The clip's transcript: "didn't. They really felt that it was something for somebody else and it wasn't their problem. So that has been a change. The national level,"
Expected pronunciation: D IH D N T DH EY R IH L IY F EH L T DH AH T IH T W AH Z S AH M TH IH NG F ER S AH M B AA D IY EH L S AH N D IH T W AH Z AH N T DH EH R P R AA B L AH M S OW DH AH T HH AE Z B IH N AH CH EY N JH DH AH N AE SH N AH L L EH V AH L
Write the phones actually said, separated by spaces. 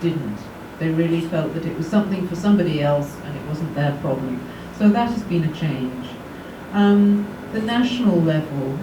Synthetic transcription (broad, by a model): IH D N T DH EY R IH L IY F EH L T DH AH T IH T W AH Z S AH M TH IH NG F ER S AH M B AA D IY EH L S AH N IH T W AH Z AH N DH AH R P R AA B L AH M S OW DH AH T HH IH Z B IH N AH CH EY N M DH AH N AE SH N L L EH V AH L